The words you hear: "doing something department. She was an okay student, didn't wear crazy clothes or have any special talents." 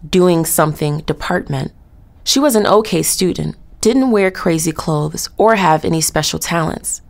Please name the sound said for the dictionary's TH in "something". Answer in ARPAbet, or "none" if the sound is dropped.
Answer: TH